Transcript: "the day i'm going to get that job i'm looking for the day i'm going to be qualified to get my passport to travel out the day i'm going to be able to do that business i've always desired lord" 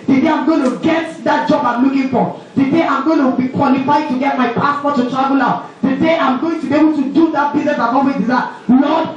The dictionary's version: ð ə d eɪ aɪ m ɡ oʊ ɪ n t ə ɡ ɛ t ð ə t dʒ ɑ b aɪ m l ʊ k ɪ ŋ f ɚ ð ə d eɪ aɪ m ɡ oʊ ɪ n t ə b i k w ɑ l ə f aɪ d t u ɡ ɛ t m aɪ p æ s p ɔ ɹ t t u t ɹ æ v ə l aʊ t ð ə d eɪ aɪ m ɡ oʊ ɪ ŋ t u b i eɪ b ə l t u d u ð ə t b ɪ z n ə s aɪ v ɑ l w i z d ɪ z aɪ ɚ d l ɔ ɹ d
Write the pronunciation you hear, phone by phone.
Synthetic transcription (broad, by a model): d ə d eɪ aɪ m ɡ oʊ ɪ n t ə ɡ ɛ t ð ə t dʒ ɑ b aɪ m l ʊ k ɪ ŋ f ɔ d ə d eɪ aɪ m ɡ oʊ ɪ n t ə b i k w ɑ l ə f aɪ d t u ɡ ɛ t m aɪ p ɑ s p ɔ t t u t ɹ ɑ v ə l aʊ t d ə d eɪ aɪ m ɡ oʊ ɪ ŋ t u b i eɪ b ə l t u d u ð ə t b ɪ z n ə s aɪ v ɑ w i d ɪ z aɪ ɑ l ɔ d